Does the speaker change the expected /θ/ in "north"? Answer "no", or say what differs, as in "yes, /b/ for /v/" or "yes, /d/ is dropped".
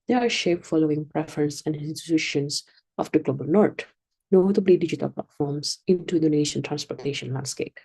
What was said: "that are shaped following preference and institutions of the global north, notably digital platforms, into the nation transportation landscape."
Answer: yes, /t/ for /θ/